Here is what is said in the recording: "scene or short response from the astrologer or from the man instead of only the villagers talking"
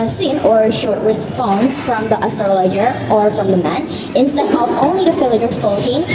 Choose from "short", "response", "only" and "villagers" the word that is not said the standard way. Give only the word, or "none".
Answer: villagers